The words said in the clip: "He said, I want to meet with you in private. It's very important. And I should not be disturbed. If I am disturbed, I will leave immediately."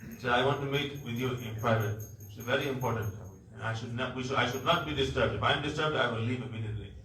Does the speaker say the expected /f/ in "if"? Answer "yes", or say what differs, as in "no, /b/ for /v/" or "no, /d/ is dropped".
yes